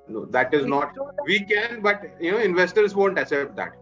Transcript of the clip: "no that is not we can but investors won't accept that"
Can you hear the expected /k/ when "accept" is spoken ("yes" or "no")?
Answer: no